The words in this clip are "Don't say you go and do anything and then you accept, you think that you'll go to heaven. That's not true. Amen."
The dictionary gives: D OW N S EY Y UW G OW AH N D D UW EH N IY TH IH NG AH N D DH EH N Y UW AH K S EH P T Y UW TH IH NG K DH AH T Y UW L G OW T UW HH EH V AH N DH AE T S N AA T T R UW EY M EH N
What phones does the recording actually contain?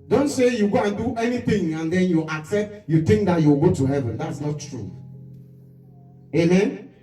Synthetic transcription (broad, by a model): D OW N S EY Y UW G OW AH N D D UW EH N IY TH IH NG AH N D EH N Y UW AH K S EH P T Y UW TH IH NG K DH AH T Y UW W G OW T UW HH EH V AH N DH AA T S N AA T T R UW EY M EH N